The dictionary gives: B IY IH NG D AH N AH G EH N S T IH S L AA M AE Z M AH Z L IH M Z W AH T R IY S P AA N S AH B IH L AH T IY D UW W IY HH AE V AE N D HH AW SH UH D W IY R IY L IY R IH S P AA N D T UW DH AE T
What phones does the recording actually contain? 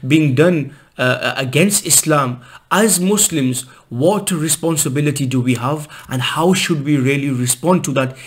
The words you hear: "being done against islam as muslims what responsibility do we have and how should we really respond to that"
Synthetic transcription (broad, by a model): B IY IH NG D AH N AH G EH N S T IH S L AA M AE Z M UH S L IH M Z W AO T R IY S P AA N S AH B IH L AH T IY D UW W IY HH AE V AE N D HH AW SH UH D W IY R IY L IY R IH S P AA N D T UW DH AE T